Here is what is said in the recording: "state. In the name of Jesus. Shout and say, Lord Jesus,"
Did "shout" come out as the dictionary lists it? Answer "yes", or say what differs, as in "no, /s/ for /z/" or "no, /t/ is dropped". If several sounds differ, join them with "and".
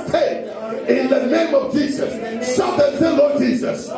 no, /s/ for /ʃ/